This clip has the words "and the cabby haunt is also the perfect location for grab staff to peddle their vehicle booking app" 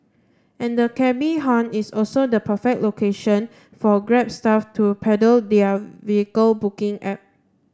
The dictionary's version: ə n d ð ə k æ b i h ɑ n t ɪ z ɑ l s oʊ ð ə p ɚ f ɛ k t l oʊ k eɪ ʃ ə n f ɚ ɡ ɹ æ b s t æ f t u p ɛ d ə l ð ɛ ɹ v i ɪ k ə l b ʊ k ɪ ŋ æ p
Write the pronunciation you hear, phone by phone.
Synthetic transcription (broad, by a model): ə n d ə k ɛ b i h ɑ n ɪ s ɑ l s oʊ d ə p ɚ f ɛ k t l oʊ k eɪ ʃ ə n f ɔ ɡ ɹ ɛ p s t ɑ f t u p ɛ d ə l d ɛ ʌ v i ɪ k ə l b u k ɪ ŋ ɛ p